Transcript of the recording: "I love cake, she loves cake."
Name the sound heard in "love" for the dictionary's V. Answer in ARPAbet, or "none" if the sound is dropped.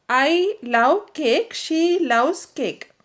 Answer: W